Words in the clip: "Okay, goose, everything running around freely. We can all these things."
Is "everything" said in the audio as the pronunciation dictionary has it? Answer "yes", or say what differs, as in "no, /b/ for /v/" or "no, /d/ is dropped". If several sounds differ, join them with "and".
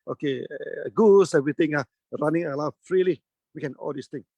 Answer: no, /t/ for /θ/